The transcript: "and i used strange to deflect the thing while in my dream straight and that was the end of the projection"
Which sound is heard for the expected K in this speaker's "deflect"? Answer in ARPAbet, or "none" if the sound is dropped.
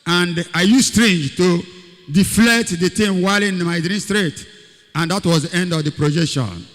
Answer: none